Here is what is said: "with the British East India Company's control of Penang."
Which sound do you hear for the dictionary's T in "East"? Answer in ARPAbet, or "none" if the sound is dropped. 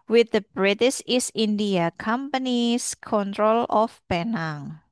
none